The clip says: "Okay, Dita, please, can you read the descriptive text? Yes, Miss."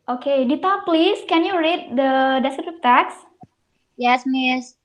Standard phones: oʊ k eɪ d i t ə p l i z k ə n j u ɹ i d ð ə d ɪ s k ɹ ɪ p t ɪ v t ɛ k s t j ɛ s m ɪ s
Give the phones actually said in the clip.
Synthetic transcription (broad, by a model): oʊ k eɪ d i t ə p l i s k ə n j u ɹ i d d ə d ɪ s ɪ t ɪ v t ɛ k s j ɛ s m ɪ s